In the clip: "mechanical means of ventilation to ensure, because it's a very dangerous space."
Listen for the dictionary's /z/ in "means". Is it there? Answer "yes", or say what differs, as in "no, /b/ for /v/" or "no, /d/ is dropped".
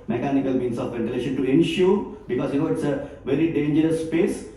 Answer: no, /s/ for /z/